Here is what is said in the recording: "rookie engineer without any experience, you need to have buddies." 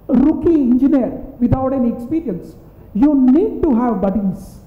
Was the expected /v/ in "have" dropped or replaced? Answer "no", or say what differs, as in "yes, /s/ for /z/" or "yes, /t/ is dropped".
no